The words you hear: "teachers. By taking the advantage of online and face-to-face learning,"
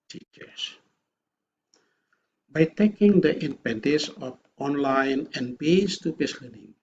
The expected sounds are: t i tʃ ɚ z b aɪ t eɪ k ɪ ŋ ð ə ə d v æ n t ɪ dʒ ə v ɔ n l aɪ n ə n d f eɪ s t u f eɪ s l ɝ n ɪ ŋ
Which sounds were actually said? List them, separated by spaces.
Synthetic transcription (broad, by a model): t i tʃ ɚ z b aɪ t eɪ k ɪ ŋ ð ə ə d p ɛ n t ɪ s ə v ɔ n l aɪ n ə n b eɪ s t u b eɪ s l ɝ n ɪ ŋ